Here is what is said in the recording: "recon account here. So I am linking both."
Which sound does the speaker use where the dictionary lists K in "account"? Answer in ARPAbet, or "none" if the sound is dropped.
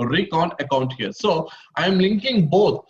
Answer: K